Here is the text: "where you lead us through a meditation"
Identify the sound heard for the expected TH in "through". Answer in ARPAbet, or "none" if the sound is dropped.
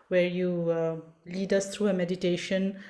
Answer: T